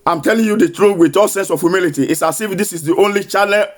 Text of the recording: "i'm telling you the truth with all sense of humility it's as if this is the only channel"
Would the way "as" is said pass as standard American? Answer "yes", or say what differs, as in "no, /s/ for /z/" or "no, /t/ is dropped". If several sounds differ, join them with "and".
no, /s/ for /z/